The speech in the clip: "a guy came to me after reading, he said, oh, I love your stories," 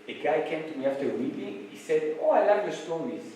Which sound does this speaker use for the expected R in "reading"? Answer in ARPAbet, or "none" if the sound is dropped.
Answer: W